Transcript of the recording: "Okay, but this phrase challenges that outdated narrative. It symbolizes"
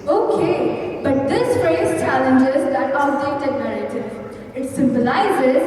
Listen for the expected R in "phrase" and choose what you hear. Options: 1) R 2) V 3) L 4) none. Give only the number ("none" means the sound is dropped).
4